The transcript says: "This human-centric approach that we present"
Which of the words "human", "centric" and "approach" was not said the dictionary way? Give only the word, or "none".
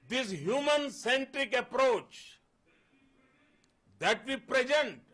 none